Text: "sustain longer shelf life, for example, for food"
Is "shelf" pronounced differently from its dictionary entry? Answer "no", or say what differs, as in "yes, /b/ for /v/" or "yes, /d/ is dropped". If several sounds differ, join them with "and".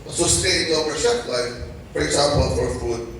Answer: yes, /l/ is dropped